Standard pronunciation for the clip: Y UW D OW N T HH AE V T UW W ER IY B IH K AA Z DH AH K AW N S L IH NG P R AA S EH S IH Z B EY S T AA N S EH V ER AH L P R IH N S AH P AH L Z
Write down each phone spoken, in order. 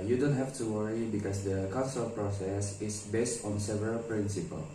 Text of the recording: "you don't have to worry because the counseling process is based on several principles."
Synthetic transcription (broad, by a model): Y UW D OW N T HH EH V T UW W ER IY B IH K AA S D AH K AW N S IH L P R AA S EH S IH S B EY S T AA N S EH V ER AH L P R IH N S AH P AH L